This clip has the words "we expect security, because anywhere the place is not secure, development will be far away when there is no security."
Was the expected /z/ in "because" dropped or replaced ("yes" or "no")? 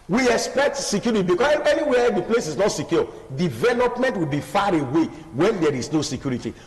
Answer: yes